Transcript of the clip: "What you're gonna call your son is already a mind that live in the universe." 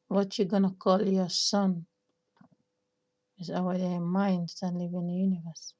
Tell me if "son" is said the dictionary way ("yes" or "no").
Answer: yes